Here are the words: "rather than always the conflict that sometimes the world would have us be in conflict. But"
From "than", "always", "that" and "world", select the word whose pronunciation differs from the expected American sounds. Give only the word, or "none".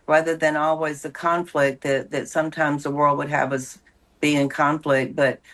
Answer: none